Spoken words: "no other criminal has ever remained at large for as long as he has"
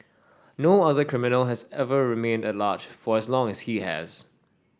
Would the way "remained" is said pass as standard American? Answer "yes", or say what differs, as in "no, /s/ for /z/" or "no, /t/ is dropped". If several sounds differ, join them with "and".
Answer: yes